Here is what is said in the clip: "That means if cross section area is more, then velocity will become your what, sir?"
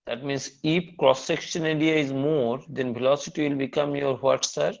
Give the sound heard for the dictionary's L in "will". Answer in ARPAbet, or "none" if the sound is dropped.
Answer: L